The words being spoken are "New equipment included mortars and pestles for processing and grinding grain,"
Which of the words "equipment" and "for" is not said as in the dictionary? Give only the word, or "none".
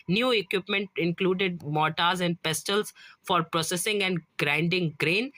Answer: none